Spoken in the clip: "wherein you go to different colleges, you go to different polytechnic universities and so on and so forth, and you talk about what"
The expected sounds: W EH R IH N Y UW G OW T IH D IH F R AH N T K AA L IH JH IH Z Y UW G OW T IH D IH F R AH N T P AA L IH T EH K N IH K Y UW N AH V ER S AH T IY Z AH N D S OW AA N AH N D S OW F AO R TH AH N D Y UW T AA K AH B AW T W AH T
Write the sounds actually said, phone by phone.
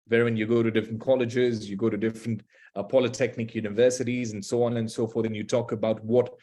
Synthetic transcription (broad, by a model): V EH R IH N Y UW G OW T IH D IH F R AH N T K AA L IH JH IH Z Y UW G OW T IH D IH F R AH N T P AA L IH T EH K N IH K Y UW N AH V ER S AH T IY Z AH N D S OW AA N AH N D S OW F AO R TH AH N Y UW T AA K AH B AW T W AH T